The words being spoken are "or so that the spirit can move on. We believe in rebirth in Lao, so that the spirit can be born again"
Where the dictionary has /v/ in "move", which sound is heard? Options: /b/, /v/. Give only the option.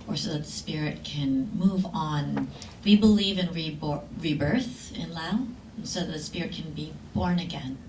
/v/